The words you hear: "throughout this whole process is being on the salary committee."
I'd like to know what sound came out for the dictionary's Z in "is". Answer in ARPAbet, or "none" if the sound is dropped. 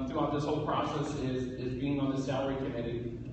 Z